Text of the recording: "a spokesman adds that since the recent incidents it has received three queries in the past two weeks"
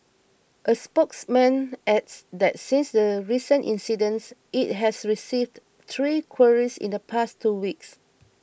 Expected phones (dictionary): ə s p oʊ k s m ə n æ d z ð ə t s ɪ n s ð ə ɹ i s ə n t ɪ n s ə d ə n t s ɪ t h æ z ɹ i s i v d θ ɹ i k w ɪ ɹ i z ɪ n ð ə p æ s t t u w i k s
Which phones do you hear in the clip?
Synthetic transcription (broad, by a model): ə s p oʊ k s m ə n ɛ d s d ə t s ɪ n s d ə ɹ i s ə n t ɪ n s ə d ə n s ɪ t h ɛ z ɹ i s i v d t ɹ i k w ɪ ɹ i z ɪ n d ə p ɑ s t t u w i k s